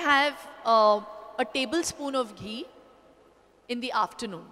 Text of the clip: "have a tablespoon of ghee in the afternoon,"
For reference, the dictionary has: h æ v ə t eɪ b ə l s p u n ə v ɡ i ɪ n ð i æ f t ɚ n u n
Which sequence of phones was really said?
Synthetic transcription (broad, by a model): h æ v ə t eɪ b ə l s p u n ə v ɡ i ɪ n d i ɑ f t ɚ n u n